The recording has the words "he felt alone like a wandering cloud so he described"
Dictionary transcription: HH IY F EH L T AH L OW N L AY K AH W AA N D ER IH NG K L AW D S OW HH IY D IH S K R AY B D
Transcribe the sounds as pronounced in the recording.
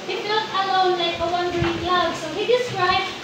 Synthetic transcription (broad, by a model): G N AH T AH L OW N L AY K AH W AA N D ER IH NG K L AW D S OW HH IY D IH S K R AY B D